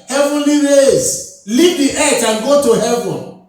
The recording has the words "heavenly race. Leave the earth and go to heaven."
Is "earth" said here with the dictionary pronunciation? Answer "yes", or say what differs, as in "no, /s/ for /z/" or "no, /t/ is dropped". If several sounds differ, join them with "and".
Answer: no, /t/ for /θ/